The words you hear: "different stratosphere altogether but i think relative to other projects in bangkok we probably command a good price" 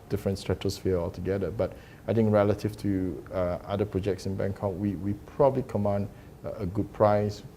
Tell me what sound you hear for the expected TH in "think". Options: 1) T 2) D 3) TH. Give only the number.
1